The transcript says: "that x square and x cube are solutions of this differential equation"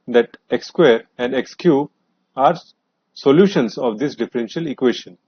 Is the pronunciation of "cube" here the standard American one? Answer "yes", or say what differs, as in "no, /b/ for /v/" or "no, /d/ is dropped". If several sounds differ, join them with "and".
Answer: no, /b/ is dropped